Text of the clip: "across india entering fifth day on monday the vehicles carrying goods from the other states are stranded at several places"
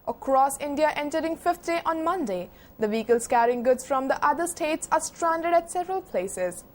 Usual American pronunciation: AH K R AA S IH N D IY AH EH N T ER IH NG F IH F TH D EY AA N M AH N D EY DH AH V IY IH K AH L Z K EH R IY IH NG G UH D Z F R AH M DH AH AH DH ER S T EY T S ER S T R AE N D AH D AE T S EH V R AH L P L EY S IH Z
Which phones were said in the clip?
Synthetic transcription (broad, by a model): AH K R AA S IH N D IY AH EH N T ER IH NG F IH F T D EY AA N M AH N D EY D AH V IY K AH L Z K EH R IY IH NG G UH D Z F R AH M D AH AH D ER S T EY T S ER S T R AE N D AH D AE T S EH V R AH L P L EY S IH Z